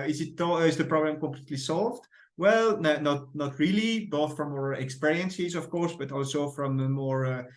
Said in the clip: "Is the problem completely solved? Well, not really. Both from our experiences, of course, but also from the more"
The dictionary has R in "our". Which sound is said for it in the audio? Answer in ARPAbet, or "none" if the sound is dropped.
R